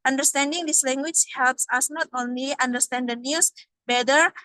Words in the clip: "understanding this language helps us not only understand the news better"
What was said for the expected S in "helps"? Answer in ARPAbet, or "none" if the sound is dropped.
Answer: S